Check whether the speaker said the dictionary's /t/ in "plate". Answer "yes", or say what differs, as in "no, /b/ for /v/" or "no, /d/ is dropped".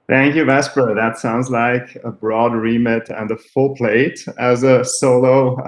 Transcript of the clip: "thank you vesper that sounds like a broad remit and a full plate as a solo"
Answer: yes